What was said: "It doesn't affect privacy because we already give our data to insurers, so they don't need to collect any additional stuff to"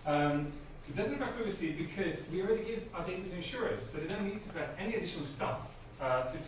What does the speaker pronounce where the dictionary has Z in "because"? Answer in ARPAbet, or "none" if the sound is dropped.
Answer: Z